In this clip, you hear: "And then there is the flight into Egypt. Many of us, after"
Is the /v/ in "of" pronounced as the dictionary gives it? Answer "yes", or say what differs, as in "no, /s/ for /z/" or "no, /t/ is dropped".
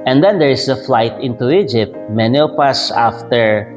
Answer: no, /p/ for /v/